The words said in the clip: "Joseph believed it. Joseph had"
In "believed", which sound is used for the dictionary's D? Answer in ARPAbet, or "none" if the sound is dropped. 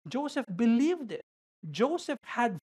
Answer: D